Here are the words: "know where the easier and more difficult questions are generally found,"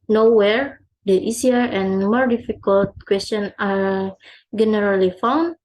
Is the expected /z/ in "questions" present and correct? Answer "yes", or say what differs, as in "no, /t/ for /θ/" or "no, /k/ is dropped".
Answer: no, /z/ is dropped